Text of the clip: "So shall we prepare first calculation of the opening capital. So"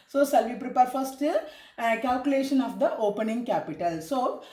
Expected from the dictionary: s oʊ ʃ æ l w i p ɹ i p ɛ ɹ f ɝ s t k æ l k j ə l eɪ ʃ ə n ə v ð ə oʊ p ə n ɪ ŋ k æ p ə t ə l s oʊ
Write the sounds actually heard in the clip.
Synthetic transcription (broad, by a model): s oʊ s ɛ l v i p ɹ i p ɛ ɹ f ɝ s t k æ l k j ə l eɪ ʃ ə n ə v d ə oʊ p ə n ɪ ŋ k æ p ə t ə l s oʊ